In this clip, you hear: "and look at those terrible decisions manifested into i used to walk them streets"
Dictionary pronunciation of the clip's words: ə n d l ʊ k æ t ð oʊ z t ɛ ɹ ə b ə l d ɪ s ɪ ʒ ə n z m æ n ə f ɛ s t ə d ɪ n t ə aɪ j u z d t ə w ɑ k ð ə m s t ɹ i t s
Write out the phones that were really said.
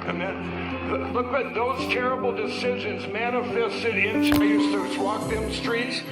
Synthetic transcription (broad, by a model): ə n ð l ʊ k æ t ð oʊ z t ɛ ɹ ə b l d ɪ s ɪ ʒ ə n z m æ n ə f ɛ s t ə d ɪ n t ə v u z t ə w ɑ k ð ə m s t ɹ i t s